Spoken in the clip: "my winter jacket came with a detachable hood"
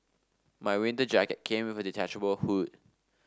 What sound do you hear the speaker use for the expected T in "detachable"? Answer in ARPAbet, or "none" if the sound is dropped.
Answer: T